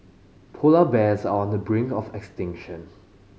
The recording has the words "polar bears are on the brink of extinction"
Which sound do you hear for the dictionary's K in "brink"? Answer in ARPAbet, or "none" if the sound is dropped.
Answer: none